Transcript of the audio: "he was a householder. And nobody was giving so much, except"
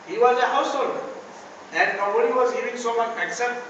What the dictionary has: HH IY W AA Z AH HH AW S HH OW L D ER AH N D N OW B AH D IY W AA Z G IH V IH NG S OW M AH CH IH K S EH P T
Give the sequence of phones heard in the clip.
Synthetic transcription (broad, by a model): HH IY W AA Z AH HH AW S HH OW L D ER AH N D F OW AH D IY W AA Z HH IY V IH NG S OW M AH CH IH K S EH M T